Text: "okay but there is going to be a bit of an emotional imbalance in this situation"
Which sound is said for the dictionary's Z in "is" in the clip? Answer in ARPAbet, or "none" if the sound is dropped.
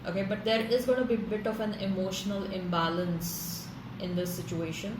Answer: Z